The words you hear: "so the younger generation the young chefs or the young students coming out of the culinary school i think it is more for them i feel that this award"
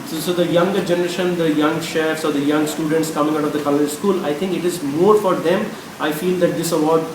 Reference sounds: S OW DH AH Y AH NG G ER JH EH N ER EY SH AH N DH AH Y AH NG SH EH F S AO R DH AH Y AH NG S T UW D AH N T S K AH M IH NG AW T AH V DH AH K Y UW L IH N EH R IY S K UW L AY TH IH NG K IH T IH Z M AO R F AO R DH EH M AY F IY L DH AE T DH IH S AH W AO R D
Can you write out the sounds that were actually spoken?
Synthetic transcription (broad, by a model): S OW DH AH Y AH NG G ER JH EH N ER EY SH AH N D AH Y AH NG SH EH F S AO R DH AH Y AH NG S T UW D AH N T S K AH M IH NG AW T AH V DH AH K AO L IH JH S K UW L AY T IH NG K IH T IH Z M AO R F AO R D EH M AY F IY L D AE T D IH S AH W AO R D